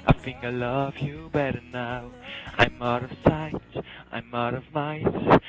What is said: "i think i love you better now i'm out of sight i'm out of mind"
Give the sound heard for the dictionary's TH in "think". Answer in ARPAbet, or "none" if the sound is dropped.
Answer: F